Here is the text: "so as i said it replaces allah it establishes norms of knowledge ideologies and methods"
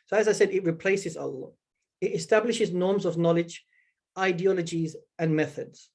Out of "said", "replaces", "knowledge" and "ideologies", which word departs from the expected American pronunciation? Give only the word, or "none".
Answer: none